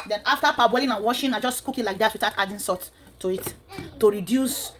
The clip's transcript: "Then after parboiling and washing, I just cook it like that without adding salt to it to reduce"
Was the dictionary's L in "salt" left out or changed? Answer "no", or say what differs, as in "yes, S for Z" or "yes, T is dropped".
yes, L is dropped